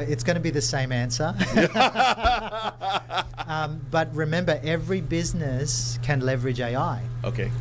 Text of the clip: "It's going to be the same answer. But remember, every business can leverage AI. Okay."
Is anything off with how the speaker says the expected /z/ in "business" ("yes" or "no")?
no